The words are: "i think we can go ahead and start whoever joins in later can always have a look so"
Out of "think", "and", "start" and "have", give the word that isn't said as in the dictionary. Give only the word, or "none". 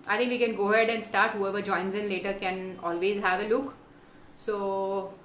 think